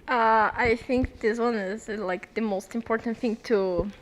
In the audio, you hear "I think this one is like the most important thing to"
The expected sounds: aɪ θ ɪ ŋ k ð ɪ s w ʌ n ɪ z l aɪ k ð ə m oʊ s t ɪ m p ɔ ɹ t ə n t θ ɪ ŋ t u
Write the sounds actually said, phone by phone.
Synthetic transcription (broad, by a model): aɪ θ ɪ ŋ k ð ɪ s w ʌ n ɪ z l aɪ k ð ə m oʊ s t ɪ m p ɔ ɹ t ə n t θ ɪ ŋ t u